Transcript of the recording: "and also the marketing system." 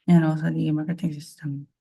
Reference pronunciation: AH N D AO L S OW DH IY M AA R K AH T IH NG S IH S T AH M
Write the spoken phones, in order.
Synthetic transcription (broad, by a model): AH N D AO S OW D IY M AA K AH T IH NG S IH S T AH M